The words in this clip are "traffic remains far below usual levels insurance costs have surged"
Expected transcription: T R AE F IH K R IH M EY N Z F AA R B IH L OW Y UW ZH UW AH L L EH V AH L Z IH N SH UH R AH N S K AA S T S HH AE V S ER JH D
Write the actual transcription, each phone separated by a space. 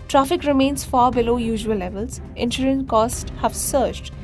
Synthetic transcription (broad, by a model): T R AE F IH K R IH M EY N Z F AA R B IH L OW Y UW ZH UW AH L L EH V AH L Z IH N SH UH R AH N K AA S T HH AE V S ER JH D